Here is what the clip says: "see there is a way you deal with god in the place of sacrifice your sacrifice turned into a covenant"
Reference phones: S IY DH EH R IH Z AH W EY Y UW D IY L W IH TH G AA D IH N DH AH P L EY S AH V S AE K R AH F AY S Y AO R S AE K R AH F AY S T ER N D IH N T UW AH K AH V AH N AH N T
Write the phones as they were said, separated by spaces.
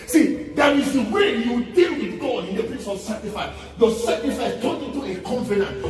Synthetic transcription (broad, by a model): S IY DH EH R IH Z AH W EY Y UW D IY L W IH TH G AA D IH N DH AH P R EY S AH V S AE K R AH F AY Y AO S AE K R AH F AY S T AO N IH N T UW AH K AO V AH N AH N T